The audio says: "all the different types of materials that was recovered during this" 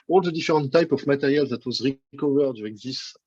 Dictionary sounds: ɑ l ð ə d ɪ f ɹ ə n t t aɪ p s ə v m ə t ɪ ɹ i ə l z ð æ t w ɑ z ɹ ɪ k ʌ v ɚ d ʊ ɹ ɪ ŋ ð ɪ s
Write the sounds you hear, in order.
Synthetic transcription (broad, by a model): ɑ l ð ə d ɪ f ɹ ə n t t aɪ p ə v m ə t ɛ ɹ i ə l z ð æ t w ɑ z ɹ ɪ k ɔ v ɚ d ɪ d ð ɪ s